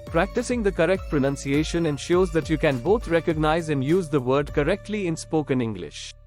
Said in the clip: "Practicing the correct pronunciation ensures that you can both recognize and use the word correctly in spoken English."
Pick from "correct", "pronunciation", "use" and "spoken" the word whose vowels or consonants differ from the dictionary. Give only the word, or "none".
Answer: none